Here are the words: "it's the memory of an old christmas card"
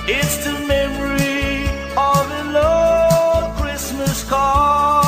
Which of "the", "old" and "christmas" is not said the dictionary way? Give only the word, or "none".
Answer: old